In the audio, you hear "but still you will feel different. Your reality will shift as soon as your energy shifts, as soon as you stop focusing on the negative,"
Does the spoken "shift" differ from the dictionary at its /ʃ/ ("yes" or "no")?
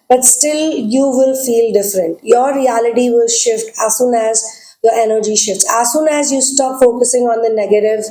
no